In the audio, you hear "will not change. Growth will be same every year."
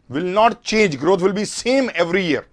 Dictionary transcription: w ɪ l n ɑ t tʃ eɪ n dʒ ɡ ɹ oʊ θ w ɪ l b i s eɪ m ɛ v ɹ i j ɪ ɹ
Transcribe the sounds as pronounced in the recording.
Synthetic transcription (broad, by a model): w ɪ l n ɑ t tʃ eɪ n dʒ ɡ ɹ oʊ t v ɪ l b i s eɪ m ɛ v ɹ i j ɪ ɹ